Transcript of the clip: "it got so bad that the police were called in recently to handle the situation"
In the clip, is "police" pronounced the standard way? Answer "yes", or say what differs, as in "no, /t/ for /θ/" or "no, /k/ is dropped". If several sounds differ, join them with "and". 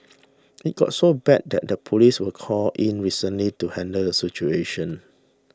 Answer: yes